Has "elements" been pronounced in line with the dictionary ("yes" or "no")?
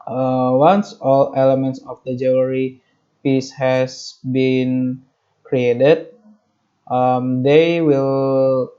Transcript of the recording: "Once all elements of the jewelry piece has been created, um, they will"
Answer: yes